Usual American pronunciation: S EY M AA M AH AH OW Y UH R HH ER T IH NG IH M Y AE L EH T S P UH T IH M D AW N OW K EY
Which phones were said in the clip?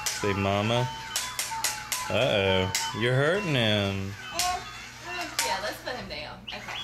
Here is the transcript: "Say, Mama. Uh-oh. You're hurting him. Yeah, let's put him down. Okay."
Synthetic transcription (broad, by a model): S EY M AA M AH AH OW Y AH R HH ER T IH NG IH M Y AE L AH T S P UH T IH M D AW OW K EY